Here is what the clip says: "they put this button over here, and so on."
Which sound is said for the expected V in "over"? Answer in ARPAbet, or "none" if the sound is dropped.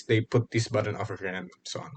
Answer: F